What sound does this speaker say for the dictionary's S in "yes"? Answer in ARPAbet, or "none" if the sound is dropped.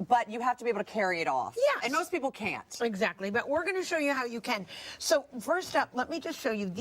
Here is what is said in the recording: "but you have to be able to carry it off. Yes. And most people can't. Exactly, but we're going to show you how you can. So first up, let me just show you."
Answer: none